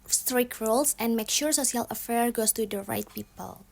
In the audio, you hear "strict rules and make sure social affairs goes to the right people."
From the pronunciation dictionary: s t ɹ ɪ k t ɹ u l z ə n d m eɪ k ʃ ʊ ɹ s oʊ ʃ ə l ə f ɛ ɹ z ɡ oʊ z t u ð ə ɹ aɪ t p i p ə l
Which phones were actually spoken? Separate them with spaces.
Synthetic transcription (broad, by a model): s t ɹ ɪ k ɹ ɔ l s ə n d m eɪ k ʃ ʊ ɹ s oʊ s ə l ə f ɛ ɹ ɡ oʊ s t u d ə ɹ aɪ t p i p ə l